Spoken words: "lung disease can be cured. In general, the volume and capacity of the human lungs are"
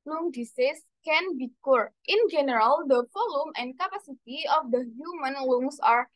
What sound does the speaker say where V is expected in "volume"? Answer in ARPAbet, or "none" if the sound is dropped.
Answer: F